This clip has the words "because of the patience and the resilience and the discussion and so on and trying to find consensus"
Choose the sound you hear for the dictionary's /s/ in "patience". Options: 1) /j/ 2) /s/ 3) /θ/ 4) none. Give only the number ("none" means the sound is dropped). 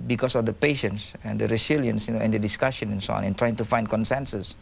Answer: 2